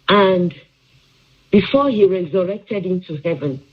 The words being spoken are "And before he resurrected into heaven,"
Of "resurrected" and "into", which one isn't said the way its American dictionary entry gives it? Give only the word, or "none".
none